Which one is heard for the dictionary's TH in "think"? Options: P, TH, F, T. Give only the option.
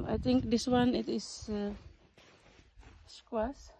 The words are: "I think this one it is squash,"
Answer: T